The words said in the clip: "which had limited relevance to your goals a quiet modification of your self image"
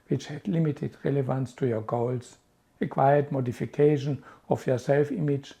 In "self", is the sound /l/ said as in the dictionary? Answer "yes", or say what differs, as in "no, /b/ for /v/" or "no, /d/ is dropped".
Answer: yes